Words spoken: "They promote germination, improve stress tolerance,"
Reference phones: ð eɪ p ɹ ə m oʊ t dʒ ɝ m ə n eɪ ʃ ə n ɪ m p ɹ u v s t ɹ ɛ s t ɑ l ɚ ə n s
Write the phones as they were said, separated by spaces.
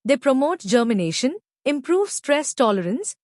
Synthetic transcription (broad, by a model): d eɪ p ɹ ə m oʊ t dʒ ɝ m ə n eɪ ʃ ə n ɪ m p ɹ u v s t ɹ ɛ s t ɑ l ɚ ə n s